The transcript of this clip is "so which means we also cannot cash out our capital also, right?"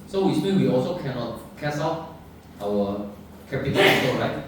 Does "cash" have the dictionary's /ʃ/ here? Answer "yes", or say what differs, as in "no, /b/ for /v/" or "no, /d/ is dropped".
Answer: no, /s/ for /ʃ/